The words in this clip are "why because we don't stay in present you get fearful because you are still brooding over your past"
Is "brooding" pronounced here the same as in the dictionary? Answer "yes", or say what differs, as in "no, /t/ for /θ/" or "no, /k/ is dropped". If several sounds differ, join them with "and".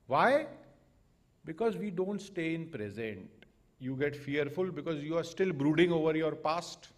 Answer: yes